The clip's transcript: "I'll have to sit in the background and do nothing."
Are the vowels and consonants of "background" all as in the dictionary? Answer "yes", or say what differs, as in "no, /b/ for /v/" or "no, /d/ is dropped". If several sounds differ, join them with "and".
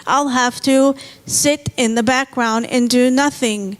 yes